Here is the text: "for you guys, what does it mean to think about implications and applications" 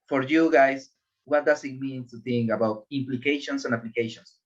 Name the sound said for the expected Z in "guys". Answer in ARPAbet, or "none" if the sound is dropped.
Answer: S